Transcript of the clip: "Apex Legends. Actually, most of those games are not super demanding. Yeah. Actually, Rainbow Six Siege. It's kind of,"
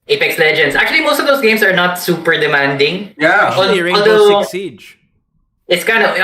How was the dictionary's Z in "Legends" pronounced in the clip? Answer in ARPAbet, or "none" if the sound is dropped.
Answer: S